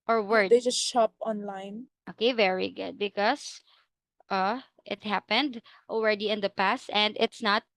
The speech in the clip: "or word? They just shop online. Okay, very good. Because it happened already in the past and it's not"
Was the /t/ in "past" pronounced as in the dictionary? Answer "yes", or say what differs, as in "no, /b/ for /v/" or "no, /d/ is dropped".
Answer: yes